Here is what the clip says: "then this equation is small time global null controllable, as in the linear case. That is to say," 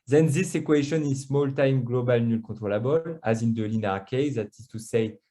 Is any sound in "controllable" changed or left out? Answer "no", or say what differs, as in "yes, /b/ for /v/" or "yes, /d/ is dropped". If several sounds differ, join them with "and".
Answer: yes, /n/ is dropped